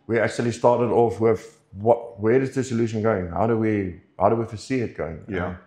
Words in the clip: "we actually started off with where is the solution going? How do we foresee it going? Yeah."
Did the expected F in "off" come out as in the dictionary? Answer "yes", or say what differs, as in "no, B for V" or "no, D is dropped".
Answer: yes